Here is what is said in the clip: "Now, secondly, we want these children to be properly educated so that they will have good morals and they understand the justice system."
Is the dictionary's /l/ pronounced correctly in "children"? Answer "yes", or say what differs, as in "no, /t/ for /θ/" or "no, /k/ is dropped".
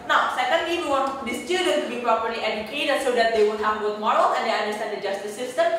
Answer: no, /l/ is dropped